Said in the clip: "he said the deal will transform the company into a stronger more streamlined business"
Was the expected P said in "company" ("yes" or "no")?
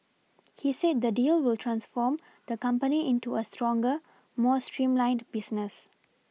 yes